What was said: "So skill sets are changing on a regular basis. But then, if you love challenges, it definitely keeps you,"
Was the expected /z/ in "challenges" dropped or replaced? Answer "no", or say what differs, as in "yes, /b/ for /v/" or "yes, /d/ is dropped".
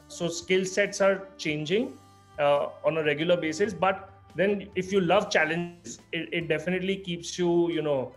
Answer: yes, /z/ is dropped